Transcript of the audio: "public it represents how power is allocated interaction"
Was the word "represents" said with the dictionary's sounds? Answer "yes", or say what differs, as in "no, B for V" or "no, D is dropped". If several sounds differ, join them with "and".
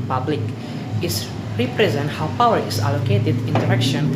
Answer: no, S is dropped